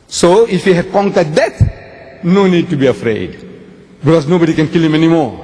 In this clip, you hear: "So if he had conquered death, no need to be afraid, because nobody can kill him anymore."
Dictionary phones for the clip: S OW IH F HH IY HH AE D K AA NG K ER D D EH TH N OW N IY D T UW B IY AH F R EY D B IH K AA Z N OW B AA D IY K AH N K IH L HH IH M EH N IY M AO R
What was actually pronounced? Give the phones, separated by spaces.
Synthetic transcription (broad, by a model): S OW IH F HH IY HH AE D K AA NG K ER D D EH T N OW N IY D T UW B IY AH F R EY D B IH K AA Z N OW B AA D IY K AH N K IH L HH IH M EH N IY M AO R